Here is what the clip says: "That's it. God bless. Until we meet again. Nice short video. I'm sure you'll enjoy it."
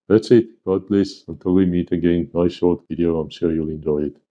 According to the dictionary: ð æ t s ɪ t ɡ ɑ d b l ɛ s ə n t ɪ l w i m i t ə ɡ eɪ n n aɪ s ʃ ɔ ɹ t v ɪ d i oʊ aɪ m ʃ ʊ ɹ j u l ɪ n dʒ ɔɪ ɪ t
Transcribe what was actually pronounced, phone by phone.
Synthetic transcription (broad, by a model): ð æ t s ɪ t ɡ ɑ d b l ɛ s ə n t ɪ l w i m i t ə ɡ eɪ n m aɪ ʃ ɔ ɹ t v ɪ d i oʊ aɪ m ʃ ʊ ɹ j u l ɪ n dʒ ɔɪ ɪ t